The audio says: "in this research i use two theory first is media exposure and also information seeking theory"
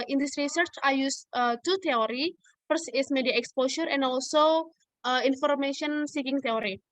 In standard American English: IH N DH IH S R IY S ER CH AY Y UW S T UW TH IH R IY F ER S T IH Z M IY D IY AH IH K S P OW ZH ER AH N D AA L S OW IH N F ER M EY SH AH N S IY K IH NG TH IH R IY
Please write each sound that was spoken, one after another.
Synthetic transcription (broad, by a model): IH N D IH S R IY S ER CH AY Y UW S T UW T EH R IY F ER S IH S M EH D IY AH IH K S P OW SH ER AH N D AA L S OW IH N F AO M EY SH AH N S IY K IH NG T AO R IY